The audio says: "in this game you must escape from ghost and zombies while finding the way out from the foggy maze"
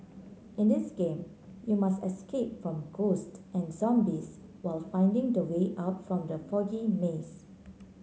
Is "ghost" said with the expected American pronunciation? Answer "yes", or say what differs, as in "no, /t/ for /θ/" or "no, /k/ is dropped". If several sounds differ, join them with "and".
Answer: yes